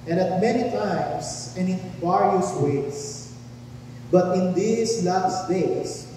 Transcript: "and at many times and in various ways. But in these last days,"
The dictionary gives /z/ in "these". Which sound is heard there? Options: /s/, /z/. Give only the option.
/s/